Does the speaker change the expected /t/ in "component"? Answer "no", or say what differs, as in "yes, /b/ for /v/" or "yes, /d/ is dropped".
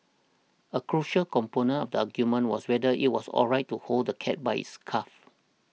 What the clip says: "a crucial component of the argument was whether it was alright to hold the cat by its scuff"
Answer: yes, /t/ is dropped